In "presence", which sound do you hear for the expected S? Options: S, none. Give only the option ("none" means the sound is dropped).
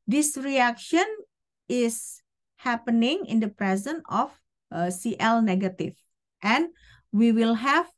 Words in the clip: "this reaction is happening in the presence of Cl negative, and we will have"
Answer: none